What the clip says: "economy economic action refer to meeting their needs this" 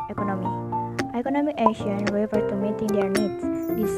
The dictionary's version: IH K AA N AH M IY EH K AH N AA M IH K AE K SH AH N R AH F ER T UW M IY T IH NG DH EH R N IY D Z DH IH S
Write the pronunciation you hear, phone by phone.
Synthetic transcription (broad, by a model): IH K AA N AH M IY EH K AH N AA M IH K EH SH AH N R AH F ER T UW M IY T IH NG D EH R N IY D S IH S